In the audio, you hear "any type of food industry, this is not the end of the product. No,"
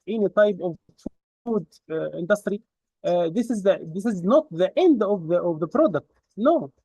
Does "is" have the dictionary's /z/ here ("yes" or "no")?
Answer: yes